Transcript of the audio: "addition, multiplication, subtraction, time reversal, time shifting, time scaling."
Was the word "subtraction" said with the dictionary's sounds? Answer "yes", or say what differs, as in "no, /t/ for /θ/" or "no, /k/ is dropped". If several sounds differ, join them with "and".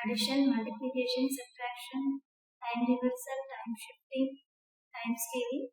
no, /b/ is dropped